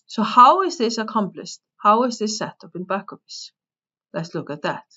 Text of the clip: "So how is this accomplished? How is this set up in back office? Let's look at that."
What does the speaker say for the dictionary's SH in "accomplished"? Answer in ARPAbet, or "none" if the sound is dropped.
S